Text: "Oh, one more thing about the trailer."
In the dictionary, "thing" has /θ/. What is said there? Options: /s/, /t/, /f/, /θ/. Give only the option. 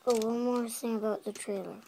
/s/